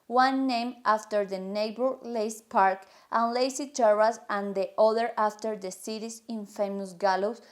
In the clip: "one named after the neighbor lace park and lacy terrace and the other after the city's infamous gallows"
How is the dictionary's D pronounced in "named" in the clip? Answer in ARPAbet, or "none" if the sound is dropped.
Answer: none